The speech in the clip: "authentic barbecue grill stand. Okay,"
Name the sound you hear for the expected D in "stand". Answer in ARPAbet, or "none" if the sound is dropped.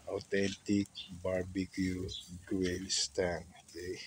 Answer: none